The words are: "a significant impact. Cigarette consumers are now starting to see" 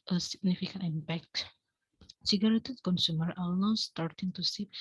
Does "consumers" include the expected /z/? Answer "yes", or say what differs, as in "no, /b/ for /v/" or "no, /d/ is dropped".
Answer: no, /z/ is dropped